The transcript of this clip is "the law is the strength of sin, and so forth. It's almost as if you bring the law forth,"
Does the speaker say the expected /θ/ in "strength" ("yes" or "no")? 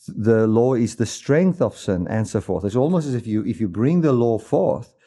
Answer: yes